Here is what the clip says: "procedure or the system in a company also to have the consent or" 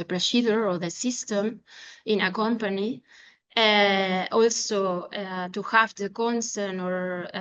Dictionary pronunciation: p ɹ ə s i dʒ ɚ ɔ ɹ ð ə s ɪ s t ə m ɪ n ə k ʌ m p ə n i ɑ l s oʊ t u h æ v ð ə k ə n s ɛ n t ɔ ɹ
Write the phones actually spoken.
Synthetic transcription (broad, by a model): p ɹ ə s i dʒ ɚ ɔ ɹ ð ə s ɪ s t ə m ɪ n ə k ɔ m p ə n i ɑ l s oʊ t u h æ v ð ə k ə n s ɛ n ɔ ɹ